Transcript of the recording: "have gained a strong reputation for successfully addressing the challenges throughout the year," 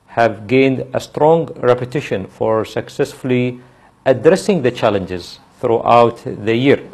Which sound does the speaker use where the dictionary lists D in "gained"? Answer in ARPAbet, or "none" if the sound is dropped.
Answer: D